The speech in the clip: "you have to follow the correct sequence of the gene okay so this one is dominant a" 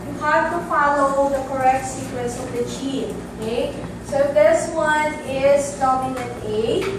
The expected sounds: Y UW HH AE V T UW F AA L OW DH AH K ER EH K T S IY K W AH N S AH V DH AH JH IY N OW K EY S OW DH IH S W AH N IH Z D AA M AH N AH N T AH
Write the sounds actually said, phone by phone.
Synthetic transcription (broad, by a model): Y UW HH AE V T UW F AA L OW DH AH K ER EH K T S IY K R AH S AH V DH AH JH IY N OW K EY S OW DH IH S W AH N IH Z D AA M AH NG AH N AH